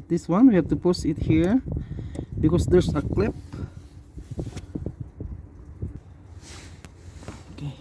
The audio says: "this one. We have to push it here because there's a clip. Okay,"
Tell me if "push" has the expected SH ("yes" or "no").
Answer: no